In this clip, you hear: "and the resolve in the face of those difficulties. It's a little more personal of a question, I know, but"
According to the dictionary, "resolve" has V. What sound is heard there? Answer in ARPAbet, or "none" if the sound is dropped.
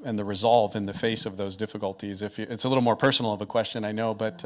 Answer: V